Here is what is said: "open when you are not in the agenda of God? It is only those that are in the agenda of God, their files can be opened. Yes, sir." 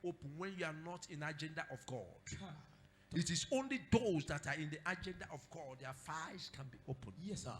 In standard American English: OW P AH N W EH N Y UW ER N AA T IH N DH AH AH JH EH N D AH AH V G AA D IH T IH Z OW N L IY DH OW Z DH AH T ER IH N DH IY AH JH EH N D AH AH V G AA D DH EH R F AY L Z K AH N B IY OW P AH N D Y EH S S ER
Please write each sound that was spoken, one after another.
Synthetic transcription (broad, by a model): OW P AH N W EH N Y UW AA N AA T IH N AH JH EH N D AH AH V G AA D IH T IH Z OW N L IY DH OW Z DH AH T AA IH N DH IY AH JH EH N D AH AH V G AA D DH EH F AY Z K AH N B IY OW P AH N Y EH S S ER